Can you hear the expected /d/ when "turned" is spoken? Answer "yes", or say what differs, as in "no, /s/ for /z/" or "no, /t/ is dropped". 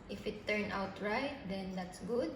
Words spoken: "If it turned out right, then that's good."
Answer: no, /d/ is dropped